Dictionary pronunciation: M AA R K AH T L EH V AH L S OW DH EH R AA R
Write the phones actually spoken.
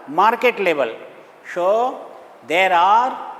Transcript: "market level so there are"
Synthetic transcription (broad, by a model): M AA R K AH T L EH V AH L SH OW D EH R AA R